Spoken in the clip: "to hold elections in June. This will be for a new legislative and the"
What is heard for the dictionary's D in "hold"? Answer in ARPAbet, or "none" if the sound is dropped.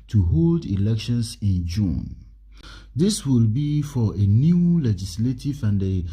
D